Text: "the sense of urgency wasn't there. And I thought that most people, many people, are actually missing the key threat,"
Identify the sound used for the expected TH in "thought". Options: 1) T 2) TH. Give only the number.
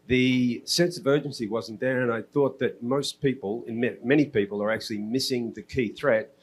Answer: 2